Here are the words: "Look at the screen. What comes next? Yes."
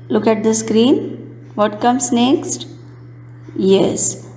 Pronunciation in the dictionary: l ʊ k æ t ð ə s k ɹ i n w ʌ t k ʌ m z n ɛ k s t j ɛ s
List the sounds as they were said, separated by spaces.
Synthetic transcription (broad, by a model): l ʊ k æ t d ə s k ɹ i n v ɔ t k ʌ m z n ɛ k s t j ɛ s